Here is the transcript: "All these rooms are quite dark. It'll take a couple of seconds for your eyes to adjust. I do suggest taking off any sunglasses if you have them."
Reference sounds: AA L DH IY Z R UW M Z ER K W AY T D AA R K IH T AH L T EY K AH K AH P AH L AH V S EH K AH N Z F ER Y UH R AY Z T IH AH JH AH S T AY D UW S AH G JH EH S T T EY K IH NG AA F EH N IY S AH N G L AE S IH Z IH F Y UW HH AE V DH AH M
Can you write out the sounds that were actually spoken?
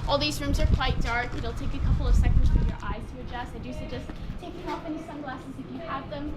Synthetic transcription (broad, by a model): AA L DH IY Z R UW M Z ER K W AY T D AA R K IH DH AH L T EY K AH K AH P L AH V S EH K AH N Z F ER Y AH R AY Z T IH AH JH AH S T AY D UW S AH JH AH S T T EY K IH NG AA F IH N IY S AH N G L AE S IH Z IH F Y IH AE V DH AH M